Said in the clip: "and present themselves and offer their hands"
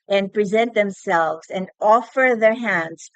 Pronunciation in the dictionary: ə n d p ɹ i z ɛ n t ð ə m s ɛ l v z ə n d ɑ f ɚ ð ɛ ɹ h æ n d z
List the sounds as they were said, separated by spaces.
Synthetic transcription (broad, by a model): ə n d p ɹ i z ɛ n t ð ə m s ɛ l v z ə n d ɑ f ɚ ð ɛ ɹ h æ n d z